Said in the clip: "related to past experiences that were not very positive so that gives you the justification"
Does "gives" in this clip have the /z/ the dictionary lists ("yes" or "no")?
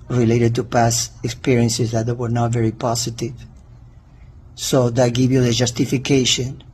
no